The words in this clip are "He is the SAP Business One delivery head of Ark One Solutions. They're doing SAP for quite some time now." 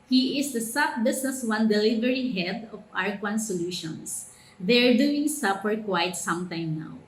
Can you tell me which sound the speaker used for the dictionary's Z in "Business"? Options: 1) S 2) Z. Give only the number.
1